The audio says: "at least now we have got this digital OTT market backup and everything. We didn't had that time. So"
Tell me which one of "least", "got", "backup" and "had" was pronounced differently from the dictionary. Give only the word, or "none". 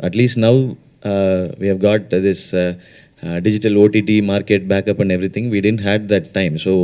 none